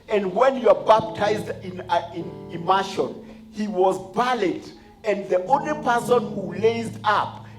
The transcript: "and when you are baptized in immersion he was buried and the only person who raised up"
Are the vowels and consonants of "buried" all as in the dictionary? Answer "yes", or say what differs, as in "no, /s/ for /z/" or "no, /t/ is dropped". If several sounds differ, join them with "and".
no, /l/ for /ɹ/